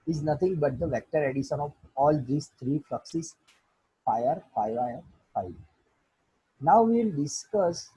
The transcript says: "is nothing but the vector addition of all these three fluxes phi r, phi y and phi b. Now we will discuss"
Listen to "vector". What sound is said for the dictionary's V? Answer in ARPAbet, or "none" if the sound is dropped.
V